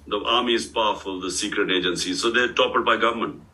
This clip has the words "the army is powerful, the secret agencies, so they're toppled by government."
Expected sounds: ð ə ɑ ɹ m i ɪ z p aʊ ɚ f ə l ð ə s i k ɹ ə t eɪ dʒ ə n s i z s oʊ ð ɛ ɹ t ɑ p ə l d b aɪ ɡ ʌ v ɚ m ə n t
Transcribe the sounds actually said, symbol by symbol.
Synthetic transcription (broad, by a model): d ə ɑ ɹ m i ɪ z p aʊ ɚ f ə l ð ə s i k ɹ ə t eɪ dʒ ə n s i s oʊ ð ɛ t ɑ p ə d b aɪ ɡ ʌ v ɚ m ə n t